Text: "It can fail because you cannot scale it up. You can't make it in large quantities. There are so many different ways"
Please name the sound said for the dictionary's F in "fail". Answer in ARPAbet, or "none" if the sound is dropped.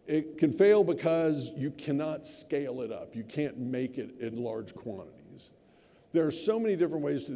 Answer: F